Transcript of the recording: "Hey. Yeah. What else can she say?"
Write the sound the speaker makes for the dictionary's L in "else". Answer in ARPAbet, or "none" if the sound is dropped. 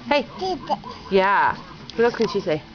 none